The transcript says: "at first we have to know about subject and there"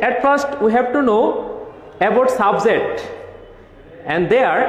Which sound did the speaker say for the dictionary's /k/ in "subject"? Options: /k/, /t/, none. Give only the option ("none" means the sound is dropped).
none